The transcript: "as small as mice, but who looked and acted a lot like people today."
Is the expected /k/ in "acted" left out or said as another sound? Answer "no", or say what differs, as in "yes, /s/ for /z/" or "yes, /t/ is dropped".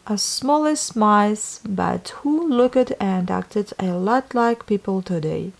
no